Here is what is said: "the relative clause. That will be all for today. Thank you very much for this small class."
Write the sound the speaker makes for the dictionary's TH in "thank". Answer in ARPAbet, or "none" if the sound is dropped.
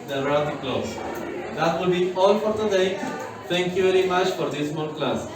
T